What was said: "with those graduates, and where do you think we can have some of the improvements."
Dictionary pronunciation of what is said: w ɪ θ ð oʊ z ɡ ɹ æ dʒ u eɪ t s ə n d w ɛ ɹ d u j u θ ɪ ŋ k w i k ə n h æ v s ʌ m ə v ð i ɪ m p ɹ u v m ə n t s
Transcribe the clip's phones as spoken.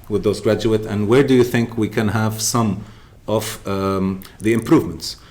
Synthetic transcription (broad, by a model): w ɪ ð oʊ z ɡ ɹ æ dʒ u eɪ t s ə n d w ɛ ɹ d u j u θ ɪ ŋ k w i k ə n h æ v s ʌ m ə v ð i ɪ m p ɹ u v m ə n t s